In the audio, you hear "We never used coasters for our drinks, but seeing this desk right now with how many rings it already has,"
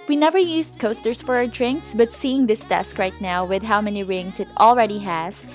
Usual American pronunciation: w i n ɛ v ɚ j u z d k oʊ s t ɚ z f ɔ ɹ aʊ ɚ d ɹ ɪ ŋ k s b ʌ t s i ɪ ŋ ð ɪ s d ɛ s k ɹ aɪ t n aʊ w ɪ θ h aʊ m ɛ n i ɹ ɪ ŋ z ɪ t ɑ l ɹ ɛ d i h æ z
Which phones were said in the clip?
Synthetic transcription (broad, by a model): w i n ɛ v ɚ j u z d k oʊ s t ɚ s f ɔ ɹ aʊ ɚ d ɹ ɪ ŋ k s b ʌ t s i ɪ ŋ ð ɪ s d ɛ s k ɹ aɪ t n aʊ w ɪ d h aʊ m ɛ n i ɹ ɪ ŋ s ɪ t ɑ l ɹ ɛ d i h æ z